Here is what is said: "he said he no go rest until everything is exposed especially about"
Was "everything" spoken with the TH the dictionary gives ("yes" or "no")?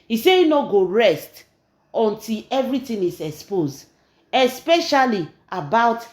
no